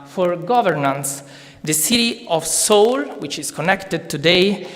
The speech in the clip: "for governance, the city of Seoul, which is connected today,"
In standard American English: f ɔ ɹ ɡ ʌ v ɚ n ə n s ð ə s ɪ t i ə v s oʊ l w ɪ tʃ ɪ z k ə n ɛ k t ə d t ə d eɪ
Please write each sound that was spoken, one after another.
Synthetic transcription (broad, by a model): f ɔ ɹ ɡ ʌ v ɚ n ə n s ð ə s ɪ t i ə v s oʊ l w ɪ tʃ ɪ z k ə n ɛ k t ə d t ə d eɪ